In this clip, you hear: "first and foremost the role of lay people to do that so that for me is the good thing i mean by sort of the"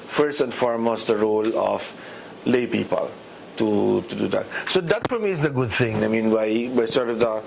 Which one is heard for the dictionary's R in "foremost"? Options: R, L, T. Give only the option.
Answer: R